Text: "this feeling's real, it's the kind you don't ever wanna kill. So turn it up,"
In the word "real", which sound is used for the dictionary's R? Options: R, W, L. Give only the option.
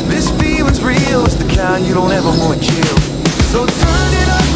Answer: R